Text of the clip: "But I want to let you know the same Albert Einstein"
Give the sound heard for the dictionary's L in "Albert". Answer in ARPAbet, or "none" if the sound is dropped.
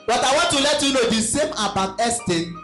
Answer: none